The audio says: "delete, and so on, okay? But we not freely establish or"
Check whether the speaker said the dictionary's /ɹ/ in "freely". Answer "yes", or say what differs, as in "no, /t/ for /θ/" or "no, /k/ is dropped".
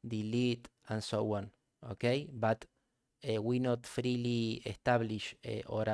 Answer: yes